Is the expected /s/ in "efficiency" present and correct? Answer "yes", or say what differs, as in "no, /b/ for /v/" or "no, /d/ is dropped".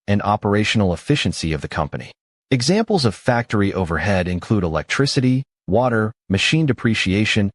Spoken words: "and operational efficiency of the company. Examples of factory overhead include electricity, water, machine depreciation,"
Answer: yes